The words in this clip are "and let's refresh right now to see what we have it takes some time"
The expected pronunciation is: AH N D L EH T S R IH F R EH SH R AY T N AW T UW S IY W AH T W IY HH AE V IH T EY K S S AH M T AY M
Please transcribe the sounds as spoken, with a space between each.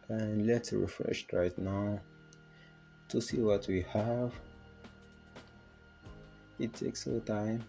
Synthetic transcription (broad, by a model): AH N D L EH T S R IH F R EH SH R AY T N AW T UW S IY W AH T W IY HH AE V IH T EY K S S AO T AY M